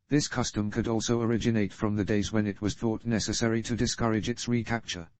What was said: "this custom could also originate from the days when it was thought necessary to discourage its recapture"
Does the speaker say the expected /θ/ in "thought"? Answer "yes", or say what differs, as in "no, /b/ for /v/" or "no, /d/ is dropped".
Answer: yes